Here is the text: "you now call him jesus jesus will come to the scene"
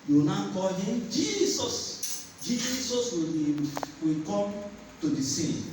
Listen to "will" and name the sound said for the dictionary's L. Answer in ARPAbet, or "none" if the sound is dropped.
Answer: W